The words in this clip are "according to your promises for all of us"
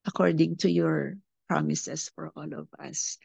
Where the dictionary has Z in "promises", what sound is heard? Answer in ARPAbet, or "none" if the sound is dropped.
S